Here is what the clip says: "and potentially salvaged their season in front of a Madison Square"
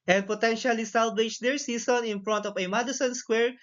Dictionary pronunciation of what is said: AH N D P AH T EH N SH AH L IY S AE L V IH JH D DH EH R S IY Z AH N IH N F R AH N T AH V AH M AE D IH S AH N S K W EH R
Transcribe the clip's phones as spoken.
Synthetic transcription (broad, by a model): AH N D P AH T EH N SH AH L IY S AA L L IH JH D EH R S IY S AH N IH N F R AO N T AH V AH M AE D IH S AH N S K W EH R